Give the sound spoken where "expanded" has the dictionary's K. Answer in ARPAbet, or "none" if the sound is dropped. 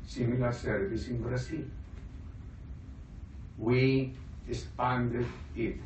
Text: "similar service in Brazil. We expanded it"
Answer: none